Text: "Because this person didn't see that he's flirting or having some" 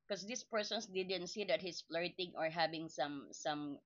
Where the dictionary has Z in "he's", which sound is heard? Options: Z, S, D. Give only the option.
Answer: S